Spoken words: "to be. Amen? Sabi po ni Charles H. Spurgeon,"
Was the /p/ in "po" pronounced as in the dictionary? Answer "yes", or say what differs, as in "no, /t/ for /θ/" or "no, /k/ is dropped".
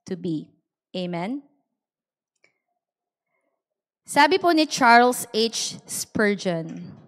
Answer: yes